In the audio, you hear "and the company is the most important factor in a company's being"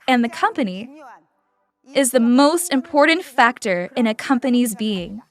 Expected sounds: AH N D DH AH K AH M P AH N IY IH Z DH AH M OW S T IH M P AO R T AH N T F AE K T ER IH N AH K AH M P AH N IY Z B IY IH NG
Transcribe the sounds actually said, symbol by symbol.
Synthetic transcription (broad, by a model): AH N DH AH K AH M P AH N IY IH Z DH AH M OW S T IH M P AO R T N T F AE K T ER IH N AH K AH M P AH N IY Z B IY IH NG